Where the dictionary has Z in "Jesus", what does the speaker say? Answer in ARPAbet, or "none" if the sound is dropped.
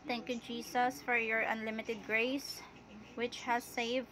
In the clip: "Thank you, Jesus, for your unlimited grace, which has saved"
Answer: S